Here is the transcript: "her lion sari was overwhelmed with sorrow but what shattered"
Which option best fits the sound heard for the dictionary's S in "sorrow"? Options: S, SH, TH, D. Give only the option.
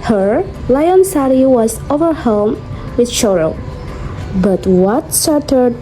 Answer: SH